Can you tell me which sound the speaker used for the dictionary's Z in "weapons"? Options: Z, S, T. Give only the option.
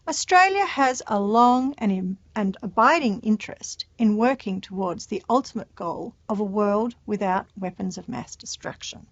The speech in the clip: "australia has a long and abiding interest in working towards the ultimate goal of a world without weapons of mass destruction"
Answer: Z